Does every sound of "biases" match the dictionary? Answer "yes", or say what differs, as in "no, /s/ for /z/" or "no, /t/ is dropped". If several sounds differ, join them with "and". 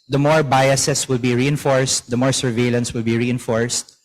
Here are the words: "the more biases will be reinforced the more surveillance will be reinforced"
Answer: no, /s/ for /z/